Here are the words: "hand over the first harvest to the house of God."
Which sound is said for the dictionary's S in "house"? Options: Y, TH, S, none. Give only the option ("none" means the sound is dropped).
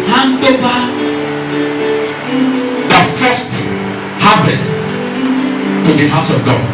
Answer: S